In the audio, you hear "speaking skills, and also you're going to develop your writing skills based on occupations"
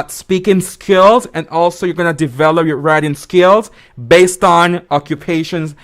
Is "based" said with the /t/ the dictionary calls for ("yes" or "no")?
yes